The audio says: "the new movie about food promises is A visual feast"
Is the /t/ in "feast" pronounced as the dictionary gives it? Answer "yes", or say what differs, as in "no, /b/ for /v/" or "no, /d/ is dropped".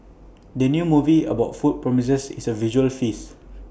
no, /t/ is dropped